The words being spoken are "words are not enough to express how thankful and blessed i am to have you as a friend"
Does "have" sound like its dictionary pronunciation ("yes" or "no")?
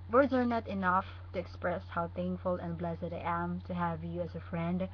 yes